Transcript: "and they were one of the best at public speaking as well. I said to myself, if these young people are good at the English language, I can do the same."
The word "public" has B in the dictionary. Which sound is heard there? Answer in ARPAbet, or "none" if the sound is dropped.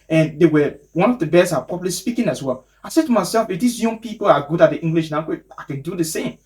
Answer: none